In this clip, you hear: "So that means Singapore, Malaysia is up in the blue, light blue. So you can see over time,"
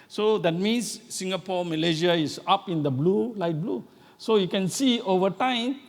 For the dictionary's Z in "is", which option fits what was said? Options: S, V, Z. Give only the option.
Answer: S